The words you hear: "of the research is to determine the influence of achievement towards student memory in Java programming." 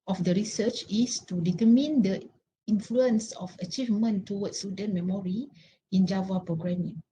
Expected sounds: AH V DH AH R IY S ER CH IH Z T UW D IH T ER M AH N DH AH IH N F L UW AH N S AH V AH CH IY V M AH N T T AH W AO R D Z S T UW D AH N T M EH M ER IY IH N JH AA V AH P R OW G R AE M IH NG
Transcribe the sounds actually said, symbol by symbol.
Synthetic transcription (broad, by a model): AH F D AH R IY S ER CH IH S T UW D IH T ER M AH N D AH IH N F L UW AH N S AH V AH CH IY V M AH N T T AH W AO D S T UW D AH N M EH M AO IY IH N JH AA V AH P R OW G R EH M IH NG